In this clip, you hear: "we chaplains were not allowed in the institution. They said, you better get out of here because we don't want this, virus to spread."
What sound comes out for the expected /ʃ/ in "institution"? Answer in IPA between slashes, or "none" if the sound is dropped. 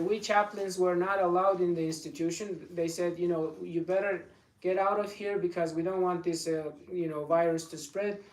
/ʃ/